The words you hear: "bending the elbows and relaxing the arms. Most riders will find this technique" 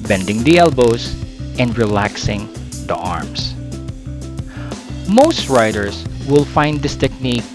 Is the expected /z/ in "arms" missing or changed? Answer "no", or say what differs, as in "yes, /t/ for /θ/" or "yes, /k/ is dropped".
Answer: yes, /s/ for /z/